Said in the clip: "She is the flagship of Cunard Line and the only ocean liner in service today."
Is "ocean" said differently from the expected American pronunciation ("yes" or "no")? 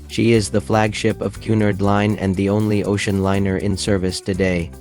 no